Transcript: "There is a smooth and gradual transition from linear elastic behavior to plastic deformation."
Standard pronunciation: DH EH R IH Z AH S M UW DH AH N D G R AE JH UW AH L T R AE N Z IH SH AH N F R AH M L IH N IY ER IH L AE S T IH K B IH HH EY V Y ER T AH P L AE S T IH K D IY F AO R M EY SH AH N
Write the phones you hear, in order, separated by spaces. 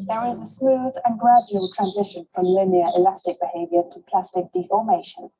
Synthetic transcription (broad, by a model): DH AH R IH Z AH S M UW DH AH N G R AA JH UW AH L T R AE N Z IH SH AH N F R AH M L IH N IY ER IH L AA S T IH K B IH HH EY V Y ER T AH P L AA S T IH K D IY F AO M EY SH AH N